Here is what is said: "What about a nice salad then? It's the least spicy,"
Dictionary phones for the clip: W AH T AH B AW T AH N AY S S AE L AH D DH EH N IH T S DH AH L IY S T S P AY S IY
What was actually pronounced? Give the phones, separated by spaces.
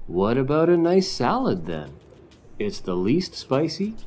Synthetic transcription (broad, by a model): W AH T AH B AW T AH N AY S S AE L AH D DH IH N IH T S DH AH L IY S T S P AY S IY